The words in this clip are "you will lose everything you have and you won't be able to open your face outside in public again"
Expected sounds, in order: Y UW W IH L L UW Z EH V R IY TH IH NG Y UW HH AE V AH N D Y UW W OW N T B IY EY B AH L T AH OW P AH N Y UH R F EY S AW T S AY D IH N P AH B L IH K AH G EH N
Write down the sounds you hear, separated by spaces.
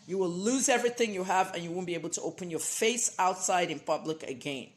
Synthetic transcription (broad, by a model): Y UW W IH L L UW Z EH V R IY TH IH NG Y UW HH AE V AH N Y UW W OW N B IY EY B L T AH OW P AH N Y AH R F EY S AW T S AY D IH N P AH B L IH K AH G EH N